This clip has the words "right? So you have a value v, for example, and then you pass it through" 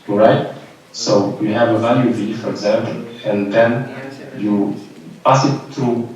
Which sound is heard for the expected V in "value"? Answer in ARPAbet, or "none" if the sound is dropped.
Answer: V